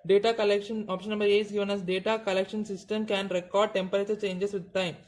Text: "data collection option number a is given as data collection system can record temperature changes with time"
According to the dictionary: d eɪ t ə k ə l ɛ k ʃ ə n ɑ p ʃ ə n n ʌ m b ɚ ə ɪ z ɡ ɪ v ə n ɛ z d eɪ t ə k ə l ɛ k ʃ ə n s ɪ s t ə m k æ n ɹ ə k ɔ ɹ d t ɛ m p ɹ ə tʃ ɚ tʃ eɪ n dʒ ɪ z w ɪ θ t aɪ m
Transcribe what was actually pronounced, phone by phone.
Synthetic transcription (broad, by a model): d eɪ t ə k ə l ɛ k ʃ ə n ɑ p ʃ ə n n ʌ m b ɚ ə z ɡ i v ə n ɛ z d eɪ t ə k ə l ɛ k ʃ ə n s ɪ s t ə m k æ n ɹ ə k ɔ ɹ d t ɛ m p ɹ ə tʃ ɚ tʃ eɪ n dʒ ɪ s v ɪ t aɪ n